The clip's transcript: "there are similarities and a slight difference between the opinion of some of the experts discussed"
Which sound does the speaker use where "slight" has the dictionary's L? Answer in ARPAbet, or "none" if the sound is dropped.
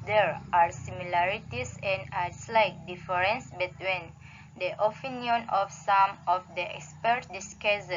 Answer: L